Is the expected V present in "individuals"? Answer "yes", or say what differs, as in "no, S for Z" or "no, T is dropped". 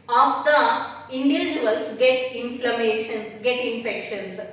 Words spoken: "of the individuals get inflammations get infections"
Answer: no, V is dropped